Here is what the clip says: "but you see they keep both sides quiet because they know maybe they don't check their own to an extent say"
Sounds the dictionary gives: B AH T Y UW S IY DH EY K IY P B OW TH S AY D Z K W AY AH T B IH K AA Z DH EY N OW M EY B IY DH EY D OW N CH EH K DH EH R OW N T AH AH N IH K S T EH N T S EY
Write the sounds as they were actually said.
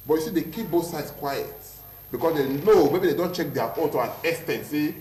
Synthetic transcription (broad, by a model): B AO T Y UW S IY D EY K IY P B OW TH S AY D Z K W AY AH T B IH K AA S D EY L OW M EY B IY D EY D OW N CH EH K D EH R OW T AH AH N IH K S T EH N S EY